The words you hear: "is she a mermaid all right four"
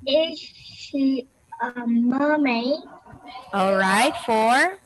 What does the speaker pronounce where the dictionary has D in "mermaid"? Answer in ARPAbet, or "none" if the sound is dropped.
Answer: none